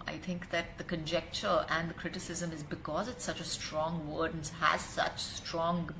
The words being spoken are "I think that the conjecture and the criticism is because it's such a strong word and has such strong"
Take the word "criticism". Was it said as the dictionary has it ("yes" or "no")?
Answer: yes